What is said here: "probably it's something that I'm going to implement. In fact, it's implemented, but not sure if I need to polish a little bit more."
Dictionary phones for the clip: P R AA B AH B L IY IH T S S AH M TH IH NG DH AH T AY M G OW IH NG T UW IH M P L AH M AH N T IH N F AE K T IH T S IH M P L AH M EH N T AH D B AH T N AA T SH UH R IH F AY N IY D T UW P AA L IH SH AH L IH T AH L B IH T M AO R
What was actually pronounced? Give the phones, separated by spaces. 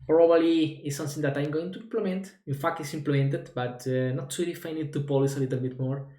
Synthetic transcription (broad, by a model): P R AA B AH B L IY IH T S S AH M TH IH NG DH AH T AY M G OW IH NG T UW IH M P L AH M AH N T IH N F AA K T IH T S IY M P L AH M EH N T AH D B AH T N AA T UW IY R IH F AY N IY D T UW P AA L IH S AH L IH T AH L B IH T M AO R